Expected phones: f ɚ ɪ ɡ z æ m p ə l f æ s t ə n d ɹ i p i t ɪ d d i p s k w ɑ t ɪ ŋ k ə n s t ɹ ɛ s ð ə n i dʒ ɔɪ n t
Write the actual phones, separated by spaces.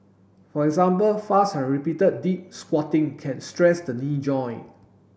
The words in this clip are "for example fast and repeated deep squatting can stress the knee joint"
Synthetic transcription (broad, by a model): f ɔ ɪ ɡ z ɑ m p ə l f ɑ s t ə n ɹ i p i t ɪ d d i p s k w ɑ t ɪ ŋ k ə n s t ɹ ɛ s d ə n i dʒ ɔɪ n